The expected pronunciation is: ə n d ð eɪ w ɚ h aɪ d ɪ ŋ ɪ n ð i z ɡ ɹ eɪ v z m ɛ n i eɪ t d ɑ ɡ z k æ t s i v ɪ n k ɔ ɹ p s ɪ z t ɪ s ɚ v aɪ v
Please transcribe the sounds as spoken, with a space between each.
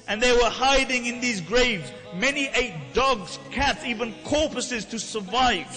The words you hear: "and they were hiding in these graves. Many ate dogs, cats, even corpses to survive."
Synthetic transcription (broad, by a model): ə n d ð eɪ w ɚ h aɪ d ɪ ŋ ɪ n ð i z ɡ ɹ eɪ v z m ɛ n i eɪ t d ɑ ɡ z k æ t s i v ɪ n k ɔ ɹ p s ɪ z t ɪ s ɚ v aɪ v